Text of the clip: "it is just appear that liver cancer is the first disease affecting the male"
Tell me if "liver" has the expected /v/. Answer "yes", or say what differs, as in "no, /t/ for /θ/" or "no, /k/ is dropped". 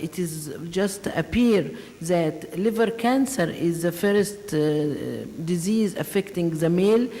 yes